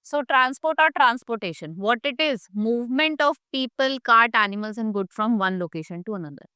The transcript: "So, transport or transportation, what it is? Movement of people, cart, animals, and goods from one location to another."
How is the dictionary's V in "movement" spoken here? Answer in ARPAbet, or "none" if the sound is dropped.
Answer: V